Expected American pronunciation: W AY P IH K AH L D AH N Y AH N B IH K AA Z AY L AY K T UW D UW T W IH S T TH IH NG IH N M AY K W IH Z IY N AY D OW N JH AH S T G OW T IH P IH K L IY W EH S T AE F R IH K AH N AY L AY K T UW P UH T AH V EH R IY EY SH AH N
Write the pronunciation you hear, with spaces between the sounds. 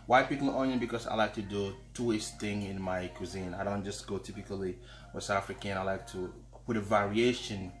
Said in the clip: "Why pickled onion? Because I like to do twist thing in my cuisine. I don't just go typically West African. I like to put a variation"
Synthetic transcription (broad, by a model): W AY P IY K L AO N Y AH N B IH K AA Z AY L AY K T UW D UW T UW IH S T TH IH NG IH N M AY K W IH Z IY N AY D OW N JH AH S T G OW T IH P IH K L IY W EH S AA F R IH K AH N AY L AY K T UW P UH T AH V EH R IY EY SH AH N